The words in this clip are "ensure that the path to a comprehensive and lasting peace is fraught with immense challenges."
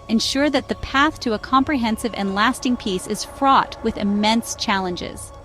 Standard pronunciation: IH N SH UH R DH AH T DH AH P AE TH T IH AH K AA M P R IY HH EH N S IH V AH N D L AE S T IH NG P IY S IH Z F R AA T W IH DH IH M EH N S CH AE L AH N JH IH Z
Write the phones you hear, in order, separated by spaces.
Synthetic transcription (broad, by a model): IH N SH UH R DH AH T DH AH P AE TH T IH AH K AA M P R IY HH EH N S IH V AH N L AE S T IH NG P IY S IH Z F R AA T W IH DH IH M EH N S CH AE L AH N JH IH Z